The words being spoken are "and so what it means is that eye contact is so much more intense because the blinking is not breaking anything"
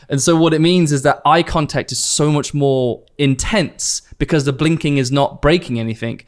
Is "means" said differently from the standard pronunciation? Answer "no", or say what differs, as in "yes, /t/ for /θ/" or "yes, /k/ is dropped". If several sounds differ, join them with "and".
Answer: no